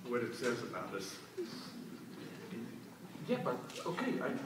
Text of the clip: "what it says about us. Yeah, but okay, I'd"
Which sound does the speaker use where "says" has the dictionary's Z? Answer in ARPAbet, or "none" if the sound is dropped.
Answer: Z